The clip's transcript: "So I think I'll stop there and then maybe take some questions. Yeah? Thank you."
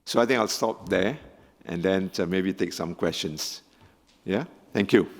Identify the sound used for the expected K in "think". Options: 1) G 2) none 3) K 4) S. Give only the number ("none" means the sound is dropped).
2